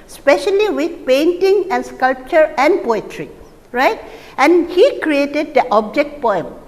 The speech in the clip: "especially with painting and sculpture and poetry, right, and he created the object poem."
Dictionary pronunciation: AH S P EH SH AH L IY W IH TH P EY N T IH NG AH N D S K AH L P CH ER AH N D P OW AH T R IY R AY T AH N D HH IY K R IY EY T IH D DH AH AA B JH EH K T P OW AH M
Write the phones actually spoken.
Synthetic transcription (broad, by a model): S P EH SH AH L IY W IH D P EY N T IH NG AH N D S K AH L P CH ER AH N D P OW AH T R IY R AY T AH N D HH IY K R IY EY T IH D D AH AA B JH EH K T P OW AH M